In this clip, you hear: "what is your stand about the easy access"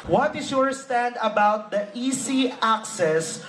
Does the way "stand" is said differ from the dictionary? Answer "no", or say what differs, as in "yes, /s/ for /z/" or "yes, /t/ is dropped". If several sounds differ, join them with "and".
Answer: no